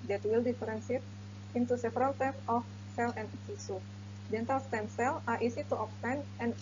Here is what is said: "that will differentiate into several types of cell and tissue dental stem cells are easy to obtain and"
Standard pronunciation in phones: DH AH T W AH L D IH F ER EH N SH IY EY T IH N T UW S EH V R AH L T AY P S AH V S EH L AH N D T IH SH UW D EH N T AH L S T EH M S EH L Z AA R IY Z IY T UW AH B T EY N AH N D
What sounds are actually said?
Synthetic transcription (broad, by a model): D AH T W AH L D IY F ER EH N S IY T IH N T UW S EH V R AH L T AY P AH F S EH L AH N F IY S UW D EH N T AH L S T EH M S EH L AA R IY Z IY T UW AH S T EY N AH N